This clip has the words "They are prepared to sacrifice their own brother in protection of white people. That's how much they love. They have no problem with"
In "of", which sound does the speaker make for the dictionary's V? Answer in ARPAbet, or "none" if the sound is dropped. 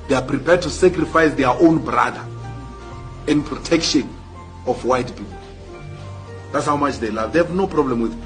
F